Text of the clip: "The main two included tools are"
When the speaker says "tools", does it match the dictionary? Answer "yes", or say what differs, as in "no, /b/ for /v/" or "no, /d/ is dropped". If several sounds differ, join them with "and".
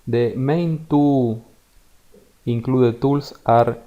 no, /s/ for /z/